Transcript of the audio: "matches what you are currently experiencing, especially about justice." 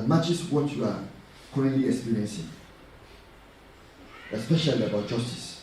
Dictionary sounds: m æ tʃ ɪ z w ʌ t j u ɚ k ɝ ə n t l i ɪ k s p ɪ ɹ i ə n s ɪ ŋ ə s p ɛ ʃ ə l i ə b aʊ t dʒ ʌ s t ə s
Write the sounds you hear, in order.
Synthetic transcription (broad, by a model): m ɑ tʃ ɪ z w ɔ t j u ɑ k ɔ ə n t l i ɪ k s p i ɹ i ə n s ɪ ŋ ə s p ɛ ʃ ə l i ə b aʊ t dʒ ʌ s t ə s